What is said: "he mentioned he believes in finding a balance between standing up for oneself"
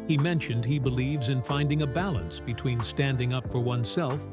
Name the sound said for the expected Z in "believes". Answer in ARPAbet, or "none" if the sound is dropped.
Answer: Z